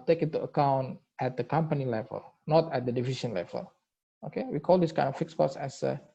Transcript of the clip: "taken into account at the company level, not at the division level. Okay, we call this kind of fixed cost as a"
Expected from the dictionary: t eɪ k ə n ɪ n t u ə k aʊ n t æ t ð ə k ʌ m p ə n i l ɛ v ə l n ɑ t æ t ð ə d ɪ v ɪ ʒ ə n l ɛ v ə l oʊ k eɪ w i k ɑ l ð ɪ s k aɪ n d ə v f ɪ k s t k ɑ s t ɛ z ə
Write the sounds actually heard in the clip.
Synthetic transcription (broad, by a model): t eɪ k ɪ n t u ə k aʊ n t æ t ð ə k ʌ m p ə n i l ɛ v ə l n ɑ t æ t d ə d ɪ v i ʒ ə n l ɛ v ə l oʊ k eɪ w i k ɑ l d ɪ s k aɪ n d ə f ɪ k s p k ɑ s ɛ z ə